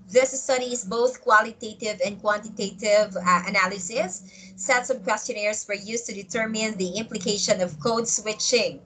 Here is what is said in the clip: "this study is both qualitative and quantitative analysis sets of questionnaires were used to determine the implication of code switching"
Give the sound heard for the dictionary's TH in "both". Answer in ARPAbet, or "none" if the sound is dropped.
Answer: TH